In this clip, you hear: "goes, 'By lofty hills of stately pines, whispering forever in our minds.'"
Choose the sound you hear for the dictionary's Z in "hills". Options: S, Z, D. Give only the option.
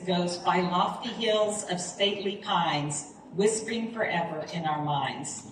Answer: Z